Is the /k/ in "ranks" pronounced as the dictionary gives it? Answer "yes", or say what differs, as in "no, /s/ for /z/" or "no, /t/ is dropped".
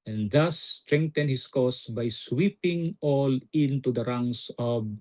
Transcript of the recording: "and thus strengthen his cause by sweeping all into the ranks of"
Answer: no, /k/ is dropped